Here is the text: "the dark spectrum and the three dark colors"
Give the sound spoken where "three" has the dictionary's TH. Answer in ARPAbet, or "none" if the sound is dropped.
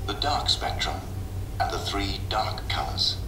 TH